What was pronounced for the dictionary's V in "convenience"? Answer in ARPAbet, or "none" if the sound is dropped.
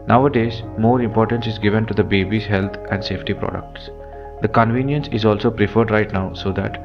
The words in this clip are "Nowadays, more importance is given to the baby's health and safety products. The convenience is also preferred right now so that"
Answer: V